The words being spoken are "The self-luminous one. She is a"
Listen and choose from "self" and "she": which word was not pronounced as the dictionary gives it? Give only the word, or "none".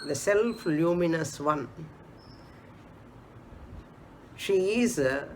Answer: none